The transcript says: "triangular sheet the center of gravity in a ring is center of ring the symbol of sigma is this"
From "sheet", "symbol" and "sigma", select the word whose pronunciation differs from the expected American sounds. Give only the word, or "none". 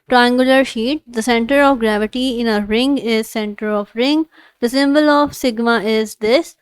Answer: none